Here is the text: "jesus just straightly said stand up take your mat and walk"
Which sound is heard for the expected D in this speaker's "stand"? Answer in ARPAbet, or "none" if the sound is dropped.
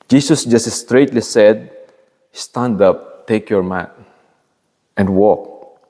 D